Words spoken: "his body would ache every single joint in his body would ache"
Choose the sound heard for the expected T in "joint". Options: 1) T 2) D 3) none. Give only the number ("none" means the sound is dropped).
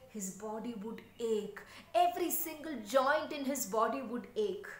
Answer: 1